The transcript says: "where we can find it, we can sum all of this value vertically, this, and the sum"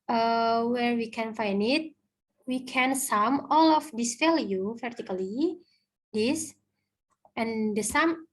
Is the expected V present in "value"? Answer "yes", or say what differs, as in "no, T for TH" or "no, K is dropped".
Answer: no, F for V